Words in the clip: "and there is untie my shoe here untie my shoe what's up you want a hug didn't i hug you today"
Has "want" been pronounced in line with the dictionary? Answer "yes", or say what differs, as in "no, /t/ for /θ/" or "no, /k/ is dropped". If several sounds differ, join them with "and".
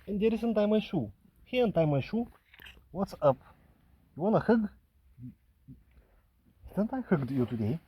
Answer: no, /t/ is dropped